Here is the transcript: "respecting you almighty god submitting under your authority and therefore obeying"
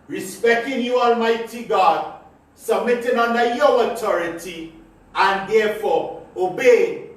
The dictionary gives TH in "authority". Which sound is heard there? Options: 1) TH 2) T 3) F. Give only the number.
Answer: 2